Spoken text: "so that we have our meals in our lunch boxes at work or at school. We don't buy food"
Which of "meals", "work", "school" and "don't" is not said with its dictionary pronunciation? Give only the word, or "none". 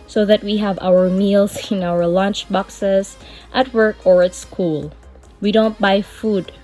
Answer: meals